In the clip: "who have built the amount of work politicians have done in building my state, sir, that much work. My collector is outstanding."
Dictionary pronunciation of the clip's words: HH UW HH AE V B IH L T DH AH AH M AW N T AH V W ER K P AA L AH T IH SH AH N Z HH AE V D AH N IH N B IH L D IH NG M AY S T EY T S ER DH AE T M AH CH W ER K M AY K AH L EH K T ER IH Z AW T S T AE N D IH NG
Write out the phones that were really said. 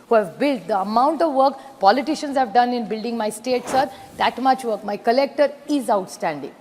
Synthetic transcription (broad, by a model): HH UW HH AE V B IH L T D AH AH M AW N T AH V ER K P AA L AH T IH SH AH N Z HH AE V D AH N IH N B IH L D IH NG M AY S T EY T S ER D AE T M AH CH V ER K M AY K AH L EH K T ER IH Z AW T S T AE N D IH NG